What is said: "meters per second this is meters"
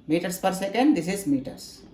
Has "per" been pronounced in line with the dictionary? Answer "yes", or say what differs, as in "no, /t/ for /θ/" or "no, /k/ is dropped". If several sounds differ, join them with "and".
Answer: yes